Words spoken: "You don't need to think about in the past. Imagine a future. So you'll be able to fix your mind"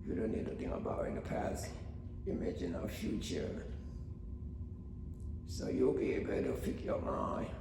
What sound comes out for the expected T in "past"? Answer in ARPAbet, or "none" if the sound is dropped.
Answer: none